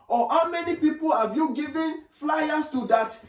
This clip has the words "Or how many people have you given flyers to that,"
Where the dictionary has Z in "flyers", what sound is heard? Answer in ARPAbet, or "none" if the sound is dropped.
S